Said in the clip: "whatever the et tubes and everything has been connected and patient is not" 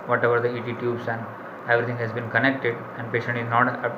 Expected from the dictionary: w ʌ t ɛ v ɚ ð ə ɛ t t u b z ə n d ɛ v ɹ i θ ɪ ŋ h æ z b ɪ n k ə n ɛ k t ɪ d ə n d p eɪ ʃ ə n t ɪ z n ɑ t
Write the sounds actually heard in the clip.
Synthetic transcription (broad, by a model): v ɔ t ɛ v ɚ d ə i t t u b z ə n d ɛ v ɹ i t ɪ ŋ h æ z b ɪ n k ə n ɛ k t ɪ d ə n d p eɪ ʃ ə n t ɪ z n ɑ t